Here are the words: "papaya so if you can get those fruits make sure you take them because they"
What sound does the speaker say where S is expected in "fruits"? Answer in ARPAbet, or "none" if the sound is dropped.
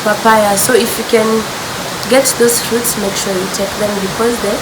S